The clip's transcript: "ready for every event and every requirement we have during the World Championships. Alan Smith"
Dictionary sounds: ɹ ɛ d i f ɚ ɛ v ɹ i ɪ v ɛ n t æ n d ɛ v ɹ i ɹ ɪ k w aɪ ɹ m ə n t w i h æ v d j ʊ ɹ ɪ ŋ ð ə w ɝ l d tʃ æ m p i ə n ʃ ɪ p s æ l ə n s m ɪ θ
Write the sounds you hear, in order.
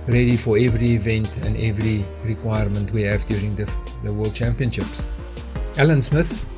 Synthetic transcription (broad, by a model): ɹ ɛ d i f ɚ ɛ v ɹ i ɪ v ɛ n t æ n d ɛ v ɹ i ɹ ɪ k w aɪ ɹ m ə n t w i h æ v d j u ɹ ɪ ŋ ð ə w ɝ l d tʃ æ m p i ə n ʃ ɪ p s æ l ə n s m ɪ θ